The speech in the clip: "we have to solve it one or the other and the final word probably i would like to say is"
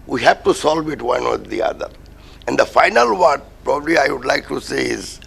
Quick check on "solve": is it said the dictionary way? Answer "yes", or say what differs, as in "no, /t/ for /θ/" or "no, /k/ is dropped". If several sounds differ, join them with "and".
yes